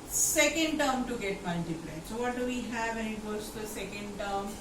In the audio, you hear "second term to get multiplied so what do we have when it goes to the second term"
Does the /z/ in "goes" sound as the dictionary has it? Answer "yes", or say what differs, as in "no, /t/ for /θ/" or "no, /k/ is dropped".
no, /z/ is dropped